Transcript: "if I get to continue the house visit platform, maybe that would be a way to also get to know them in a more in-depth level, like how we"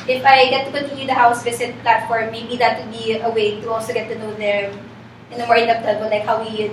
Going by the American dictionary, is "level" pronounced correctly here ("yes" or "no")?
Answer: no